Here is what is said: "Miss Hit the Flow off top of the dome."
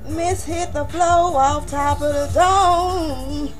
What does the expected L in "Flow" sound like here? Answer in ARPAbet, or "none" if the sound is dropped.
L